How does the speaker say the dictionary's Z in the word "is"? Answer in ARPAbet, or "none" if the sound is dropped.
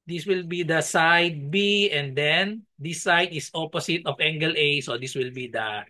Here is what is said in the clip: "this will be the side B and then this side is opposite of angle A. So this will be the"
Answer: S